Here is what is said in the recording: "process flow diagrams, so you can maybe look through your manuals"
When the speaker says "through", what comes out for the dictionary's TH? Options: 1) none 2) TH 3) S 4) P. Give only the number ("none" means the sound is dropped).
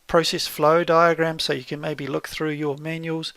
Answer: 2